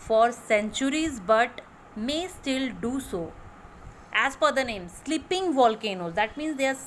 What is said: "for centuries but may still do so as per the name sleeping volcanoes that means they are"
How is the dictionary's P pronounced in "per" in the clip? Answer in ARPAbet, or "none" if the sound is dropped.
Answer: F